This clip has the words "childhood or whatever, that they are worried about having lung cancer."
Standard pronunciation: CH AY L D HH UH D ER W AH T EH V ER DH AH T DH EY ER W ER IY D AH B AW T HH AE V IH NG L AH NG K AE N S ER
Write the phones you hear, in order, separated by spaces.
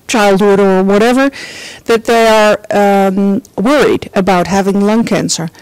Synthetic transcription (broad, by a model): CH AY L D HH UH D ER W AH T EH V ER DH AH T DH EY ER W ER IY D AH B AW T HH AE V IH NG L AH NG K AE N S ER